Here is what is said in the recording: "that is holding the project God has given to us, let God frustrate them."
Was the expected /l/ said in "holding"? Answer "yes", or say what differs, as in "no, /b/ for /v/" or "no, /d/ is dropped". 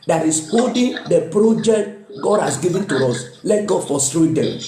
no, /l/ is dropped